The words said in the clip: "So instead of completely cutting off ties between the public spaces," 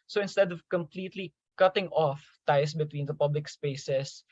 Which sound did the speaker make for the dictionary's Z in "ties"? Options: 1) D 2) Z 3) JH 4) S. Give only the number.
4